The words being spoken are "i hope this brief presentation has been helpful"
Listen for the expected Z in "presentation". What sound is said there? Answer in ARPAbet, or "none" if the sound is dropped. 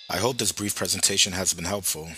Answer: Z